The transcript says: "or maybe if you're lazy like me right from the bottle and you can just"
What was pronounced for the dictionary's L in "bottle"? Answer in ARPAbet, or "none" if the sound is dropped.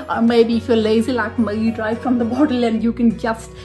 L